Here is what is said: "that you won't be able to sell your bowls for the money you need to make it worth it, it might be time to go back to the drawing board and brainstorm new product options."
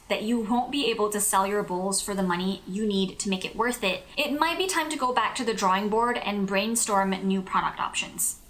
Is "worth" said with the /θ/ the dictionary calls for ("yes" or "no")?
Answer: yes